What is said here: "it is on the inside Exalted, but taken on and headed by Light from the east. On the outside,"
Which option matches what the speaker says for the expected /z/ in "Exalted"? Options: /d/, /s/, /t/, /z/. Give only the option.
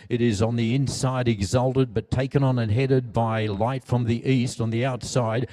/z/